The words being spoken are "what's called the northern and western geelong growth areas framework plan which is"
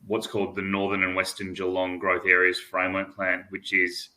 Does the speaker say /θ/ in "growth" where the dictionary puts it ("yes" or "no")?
yes